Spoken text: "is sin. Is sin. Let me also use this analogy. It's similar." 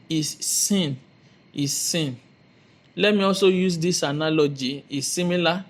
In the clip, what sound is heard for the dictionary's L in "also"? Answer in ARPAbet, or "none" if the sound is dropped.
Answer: L